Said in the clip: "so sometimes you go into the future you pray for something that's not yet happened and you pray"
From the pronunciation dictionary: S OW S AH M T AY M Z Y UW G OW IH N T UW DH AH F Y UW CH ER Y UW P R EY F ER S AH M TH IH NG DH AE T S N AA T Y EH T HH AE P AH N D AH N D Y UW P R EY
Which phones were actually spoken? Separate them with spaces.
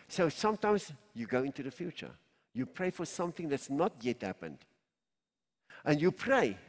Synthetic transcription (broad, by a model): S OW S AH M T AY M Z Y UW G OW IH N T UW DH AH F Y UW CH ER Y UW P R EY F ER S AH M TH IH NG DH AE T S N AA T Y EH T HH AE P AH N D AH N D Y UW P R EY